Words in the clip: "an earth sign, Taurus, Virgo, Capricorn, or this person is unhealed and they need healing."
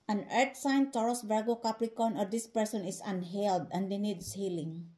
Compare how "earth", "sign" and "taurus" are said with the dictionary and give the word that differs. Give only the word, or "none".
earth